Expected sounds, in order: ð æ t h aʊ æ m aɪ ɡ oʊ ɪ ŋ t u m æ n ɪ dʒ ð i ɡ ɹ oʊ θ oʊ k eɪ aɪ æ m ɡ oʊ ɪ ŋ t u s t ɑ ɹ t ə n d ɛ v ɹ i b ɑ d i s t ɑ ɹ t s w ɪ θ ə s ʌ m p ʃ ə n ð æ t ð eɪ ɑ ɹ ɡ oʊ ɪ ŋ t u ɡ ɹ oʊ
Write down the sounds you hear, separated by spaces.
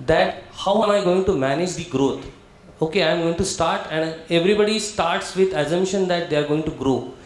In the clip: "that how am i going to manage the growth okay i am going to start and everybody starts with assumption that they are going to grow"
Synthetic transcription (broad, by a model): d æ t h aʊ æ m aɪ ɡ oʊ ɪ ŋ t u m æ n ɪ dʒ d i ɡ ɹ oʊ t oʊ k eɪ aɪ m ɡ oʊ ɪ ŋ t u s t ɑ ɹ t ə n d ɛ v ɹ i b ɑ d i s t ɑ ɹ t s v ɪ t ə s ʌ m ʃ ə n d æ t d eɪ ɑ ɹ ɡ oʊ ɪ ŋ t u ɡ ɹ oʊ